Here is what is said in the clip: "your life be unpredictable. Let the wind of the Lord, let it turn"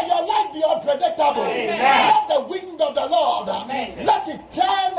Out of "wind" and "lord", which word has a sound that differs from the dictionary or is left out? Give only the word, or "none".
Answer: none